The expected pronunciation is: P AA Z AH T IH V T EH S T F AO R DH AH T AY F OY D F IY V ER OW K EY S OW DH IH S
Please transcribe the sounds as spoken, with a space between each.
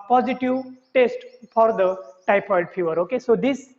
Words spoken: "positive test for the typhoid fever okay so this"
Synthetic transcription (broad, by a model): P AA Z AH T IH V T EH S T F AO R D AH T AY P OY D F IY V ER OW K EY S OW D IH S